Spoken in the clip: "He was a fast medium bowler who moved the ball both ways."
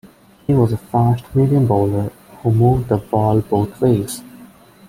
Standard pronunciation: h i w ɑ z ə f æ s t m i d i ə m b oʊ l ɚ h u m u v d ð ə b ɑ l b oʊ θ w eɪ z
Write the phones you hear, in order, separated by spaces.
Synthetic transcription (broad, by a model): h i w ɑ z ə f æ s t m i d i ə m b oʊ l ɚ h u m u v d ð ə b ɑ l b oʊ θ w eɪ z